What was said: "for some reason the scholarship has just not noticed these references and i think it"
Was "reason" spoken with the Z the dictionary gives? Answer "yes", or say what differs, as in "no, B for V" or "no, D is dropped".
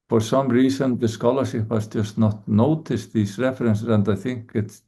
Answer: no, S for Z